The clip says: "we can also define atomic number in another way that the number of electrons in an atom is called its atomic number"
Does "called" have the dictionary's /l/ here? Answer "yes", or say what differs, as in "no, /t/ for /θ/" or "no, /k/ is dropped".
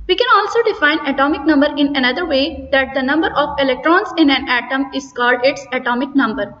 yes